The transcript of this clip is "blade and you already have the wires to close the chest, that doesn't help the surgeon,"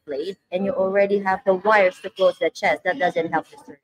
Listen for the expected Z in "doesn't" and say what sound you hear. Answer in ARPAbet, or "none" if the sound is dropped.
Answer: Z